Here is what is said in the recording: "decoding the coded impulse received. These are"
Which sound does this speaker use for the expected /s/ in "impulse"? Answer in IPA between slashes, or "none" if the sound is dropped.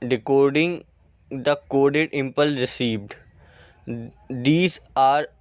none